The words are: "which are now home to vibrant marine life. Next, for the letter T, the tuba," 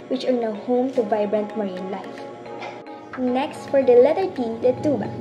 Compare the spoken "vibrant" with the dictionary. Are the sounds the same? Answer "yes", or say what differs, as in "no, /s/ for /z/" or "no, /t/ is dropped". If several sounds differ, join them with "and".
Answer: yes